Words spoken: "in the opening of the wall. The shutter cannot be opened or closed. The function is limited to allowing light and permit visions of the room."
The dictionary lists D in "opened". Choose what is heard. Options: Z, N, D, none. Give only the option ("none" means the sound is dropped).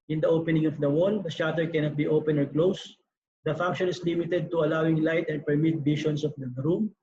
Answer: none